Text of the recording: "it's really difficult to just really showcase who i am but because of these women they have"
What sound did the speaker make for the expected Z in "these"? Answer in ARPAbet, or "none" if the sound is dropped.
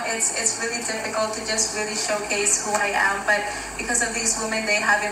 Z